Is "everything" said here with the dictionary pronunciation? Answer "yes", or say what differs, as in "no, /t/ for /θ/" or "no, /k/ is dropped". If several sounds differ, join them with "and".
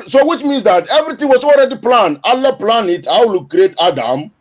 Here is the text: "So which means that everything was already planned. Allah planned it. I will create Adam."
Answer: no, /t/ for /θ/